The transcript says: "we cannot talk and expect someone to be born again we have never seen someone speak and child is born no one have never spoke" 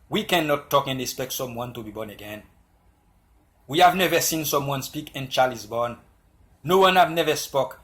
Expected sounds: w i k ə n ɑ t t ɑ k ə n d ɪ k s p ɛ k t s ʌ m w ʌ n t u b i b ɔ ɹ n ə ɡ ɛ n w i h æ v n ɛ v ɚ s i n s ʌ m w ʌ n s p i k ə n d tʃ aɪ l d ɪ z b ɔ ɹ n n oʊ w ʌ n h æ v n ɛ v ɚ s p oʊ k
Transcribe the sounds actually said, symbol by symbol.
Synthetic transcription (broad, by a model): w i k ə n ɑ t t ɑ k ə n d ɪ k s p ɛ k t s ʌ m w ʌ n t u b i b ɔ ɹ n ə ɡ ɛ n w i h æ v n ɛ v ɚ s i n s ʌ m w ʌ n s p i k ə n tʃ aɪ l ɪ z b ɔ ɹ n n oʊ w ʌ n h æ v n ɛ v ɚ s p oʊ k